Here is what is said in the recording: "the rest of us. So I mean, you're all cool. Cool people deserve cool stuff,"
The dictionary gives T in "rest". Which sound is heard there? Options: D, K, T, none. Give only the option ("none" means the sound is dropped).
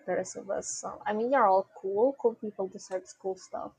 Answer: none